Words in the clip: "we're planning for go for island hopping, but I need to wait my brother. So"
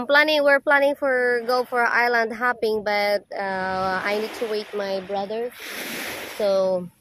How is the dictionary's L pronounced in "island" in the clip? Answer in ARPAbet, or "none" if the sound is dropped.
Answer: L